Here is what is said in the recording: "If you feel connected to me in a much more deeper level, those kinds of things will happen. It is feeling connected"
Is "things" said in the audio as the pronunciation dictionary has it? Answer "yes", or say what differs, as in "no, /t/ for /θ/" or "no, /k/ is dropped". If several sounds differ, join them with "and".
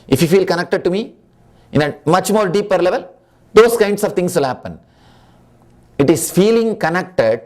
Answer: no, /t/ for /θ/